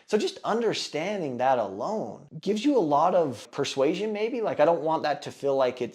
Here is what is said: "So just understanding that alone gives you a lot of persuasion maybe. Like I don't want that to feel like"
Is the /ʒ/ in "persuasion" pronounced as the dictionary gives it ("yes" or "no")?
yes